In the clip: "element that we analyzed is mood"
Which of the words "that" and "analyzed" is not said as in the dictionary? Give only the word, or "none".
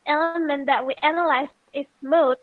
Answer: analyzed